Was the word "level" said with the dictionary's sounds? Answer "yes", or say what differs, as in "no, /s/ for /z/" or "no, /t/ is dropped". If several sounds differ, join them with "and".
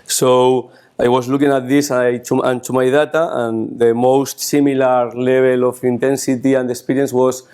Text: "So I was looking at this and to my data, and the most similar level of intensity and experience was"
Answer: no, /b/ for /v/